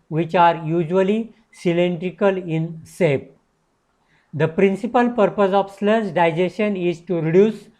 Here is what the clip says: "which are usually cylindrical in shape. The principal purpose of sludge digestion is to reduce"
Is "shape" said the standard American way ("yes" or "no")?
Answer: no